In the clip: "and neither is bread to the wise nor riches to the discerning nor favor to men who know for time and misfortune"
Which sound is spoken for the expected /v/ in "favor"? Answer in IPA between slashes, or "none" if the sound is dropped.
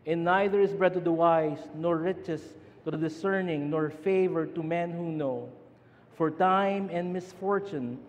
/v/